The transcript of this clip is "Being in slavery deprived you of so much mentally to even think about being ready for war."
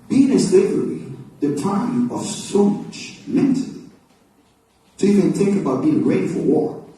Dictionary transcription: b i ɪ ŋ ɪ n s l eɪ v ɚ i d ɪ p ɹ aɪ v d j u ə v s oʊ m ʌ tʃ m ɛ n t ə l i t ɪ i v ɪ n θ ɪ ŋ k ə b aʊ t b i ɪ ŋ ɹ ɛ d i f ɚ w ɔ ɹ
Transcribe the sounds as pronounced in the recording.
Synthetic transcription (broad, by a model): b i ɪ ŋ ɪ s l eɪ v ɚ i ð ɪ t aɪ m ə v s oʊ m ʌ tʃ m ɛ n t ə l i t ɪ i v ɪ n θ ɪ ŋ k ə b aʊ t b i ɪ ŋ ɹ ɛ d i f ɚ w ɔ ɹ